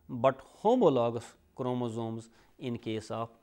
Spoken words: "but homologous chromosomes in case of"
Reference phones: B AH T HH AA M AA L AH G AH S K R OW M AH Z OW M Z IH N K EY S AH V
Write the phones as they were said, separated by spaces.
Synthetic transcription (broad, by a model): B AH T HH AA M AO L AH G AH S K R OW M AH Z OW M Z IH N K EY S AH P